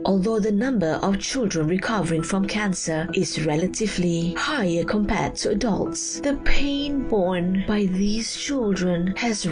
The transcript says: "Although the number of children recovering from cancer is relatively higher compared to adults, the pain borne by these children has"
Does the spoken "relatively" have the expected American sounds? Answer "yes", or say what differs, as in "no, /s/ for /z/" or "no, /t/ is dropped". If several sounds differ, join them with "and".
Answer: yes